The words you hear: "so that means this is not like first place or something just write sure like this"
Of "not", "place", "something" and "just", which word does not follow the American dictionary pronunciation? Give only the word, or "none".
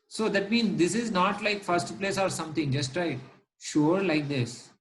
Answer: something